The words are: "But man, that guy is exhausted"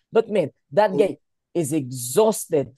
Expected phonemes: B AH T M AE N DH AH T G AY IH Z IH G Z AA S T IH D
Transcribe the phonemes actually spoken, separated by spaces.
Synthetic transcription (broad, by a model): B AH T M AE N DH AH T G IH IH Z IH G Z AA S T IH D